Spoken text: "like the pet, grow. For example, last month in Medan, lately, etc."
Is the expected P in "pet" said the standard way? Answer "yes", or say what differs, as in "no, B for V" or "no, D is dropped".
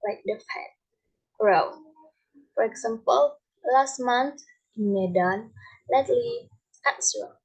no, F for P